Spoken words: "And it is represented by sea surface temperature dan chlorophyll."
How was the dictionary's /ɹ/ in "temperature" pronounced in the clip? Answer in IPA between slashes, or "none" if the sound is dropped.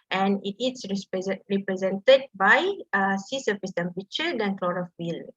none